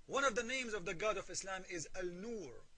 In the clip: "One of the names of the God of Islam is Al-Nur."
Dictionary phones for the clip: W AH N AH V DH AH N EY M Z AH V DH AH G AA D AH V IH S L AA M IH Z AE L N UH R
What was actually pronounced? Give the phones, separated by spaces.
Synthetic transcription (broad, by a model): W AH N AH V DH AH N EY M Z AH V DH AH G AA D AH V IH S L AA M IH Z AE L N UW R